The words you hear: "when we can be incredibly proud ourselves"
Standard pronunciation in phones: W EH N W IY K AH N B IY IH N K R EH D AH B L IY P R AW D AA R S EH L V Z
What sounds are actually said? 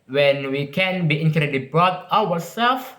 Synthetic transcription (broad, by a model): W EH N W IY K AH N B IY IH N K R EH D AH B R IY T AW AA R S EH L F